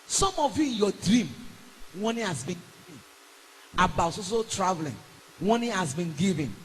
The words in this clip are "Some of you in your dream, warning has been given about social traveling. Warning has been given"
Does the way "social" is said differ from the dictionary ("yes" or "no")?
yes